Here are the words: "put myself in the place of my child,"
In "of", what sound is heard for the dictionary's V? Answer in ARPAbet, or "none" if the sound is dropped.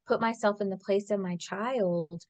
V